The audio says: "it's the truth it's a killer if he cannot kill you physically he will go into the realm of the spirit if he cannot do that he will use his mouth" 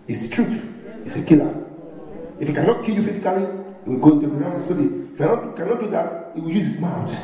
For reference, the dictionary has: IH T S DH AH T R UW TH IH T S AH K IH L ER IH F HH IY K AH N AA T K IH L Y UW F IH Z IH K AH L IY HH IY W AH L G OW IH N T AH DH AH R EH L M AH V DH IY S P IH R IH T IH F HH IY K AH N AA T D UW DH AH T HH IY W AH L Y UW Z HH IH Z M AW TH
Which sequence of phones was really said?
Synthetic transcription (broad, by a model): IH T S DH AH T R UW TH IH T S AH K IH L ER IH F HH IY K AH N AA T K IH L Y UW F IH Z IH K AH L IY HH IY W AH L G OW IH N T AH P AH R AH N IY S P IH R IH IH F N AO K AH N AA T D UW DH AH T HH IY W AH L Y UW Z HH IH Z M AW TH